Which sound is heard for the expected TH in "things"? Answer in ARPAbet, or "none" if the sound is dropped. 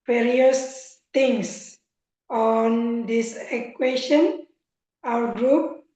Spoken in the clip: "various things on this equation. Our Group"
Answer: T